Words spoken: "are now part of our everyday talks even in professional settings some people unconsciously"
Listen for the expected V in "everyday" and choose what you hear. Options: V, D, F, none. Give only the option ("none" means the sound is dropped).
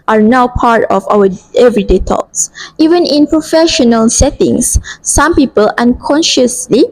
V